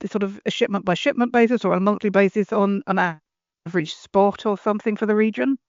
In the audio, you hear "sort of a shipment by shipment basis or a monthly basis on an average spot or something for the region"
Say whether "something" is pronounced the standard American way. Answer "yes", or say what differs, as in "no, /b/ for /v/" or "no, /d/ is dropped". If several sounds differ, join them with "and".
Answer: yes